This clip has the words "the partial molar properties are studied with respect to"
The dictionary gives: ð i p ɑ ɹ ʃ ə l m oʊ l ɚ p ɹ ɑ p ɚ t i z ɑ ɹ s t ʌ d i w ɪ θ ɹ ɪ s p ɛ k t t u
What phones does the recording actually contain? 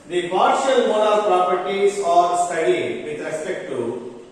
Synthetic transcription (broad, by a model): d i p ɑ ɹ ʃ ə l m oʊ n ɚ p ɹ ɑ p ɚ t i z ɑ ɹ s t ʌ d i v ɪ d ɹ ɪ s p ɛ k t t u